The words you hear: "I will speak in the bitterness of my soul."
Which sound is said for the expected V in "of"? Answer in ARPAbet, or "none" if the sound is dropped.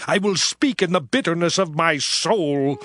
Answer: V